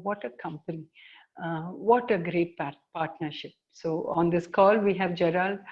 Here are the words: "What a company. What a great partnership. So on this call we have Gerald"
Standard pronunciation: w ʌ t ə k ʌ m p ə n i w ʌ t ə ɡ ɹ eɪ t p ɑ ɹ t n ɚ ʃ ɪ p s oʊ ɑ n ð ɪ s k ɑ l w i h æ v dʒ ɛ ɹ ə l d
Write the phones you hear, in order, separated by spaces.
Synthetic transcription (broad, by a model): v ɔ t ə k ʌ m p ə n i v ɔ t ə ɡ ɹ eɪ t p ɑ ɹ t n ɚ ʃ ɪ p s oʊ ɑ n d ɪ s k ɑ l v i h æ v dʒ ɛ ɹ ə l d